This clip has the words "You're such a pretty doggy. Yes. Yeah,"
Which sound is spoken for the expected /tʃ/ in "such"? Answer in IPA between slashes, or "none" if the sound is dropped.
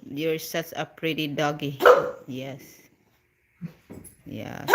/s/